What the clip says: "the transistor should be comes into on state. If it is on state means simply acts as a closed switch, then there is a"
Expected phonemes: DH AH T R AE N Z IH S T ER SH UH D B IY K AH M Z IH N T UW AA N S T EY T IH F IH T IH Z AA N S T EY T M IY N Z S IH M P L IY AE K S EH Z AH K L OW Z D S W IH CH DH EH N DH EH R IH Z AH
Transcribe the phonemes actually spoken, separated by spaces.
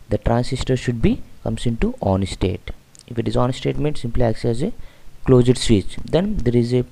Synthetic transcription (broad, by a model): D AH T R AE N S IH S T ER SH UH D B IY K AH M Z IH N T UW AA N S T EY T IH F IH T IH Z AA N S T EY T M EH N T S IH M P L IY AE K S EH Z AH K L OW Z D S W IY CH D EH N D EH R IH Z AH